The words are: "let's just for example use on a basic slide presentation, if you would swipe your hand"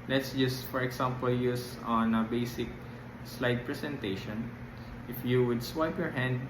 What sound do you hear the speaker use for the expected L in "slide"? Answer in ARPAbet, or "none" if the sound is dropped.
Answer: L